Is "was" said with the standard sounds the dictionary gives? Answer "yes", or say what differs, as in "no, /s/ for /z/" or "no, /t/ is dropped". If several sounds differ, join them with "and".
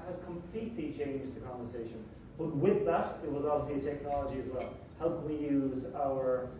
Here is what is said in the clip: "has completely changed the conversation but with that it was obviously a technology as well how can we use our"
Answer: yes